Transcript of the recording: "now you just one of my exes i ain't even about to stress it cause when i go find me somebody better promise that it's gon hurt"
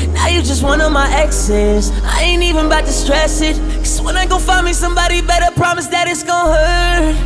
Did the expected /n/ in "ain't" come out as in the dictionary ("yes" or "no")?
yes